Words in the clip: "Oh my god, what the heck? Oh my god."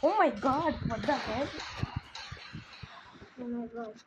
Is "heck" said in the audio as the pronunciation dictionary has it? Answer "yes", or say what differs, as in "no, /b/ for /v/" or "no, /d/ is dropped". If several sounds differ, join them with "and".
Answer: no, /k/ is dropped